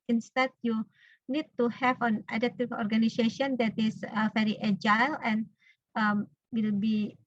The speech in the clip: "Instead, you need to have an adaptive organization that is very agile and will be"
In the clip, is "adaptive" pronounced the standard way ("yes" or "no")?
no